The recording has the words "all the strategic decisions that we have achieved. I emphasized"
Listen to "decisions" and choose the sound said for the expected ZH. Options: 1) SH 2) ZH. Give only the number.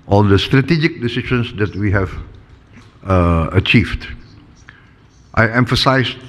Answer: 1